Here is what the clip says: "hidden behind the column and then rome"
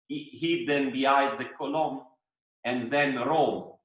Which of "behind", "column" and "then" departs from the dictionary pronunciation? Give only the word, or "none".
behind